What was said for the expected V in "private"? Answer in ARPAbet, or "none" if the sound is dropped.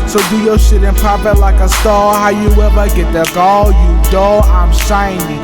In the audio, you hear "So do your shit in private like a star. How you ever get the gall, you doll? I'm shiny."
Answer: P